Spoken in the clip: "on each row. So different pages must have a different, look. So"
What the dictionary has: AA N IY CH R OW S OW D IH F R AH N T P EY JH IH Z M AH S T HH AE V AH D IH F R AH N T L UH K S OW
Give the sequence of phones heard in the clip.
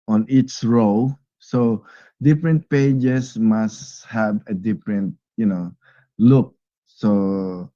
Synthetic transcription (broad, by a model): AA N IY S R OW S OW D IH F R AH N T P EY JH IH S M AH S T HH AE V AH D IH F R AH N T L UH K S OW